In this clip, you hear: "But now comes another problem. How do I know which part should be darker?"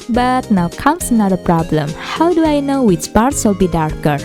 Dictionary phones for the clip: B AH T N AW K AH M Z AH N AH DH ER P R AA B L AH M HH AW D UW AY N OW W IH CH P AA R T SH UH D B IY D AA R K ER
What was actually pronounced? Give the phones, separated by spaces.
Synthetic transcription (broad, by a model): B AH T N AW K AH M S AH N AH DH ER P R AA B L AH M HH AW D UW AY N OW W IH S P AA R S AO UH B IY D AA R K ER